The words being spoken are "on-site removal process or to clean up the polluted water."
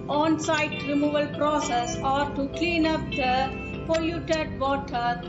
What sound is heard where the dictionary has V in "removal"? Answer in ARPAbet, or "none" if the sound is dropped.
V